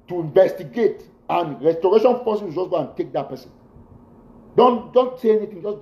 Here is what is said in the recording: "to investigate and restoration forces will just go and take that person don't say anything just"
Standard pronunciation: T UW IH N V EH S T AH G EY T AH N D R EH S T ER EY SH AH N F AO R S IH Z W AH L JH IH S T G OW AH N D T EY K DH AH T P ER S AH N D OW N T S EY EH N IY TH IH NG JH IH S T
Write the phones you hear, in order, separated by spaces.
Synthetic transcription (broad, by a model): T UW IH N V EH S T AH G EY T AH N R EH S T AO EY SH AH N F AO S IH W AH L JH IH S G OW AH N T EY K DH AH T P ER S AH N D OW N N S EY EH N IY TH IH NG JH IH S